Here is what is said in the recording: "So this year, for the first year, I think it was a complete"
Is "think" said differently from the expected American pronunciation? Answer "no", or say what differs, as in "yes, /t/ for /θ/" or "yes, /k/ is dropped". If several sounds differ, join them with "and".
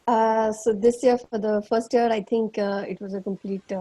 yes, /t/ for /θ/